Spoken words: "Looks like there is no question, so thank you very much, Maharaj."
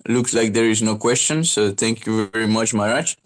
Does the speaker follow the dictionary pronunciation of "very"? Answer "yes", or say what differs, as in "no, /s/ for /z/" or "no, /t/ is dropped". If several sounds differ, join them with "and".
yes